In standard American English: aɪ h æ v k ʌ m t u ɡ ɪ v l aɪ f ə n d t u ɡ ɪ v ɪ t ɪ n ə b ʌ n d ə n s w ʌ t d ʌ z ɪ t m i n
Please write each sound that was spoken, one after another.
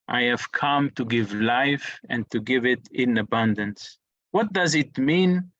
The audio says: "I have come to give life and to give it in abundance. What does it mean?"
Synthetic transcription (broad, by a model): aɪ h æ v k ʌ m t u ɡ ɪ v l aɪ f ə n t u ɡ ɪ v ɪ t ɪ n ə b ʌ n d ə n s w ʌ t d ʌ z ɪ t m i n